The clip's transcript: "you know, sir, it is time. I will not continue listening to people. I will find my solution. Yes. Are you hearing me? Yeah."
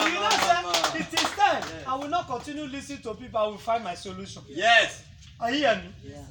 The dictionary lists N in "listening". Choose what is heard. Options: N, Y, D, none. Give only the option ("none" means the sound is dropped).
none